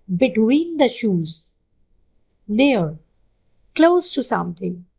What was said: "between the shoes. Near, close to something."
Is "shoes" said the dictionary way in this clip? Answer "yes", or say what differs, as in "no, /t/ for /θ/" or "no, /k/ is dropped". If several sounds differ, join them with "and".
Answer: yes